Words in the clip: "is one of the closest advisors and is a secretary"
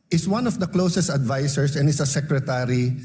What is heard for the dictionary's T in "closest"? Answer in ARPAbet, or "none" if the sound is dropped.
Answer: T